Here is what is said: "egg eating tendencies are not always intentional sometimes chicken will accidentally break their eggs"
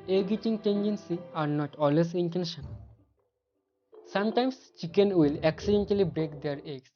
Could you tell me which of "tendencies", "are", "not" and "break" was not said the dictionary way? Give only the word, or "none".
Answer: tendencies